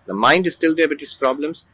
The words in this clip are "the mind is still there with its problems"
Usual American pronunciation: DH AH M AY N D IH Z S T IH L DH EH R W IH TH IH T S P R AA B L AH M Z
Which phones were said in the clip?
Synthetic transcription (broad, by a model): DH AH M AY N D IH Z S T IH L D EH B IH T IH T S P R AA B L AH M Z